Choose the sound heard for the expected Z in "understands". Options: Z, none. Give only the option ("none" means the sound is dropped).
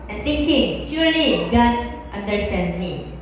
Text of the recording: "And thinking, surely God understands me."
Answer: none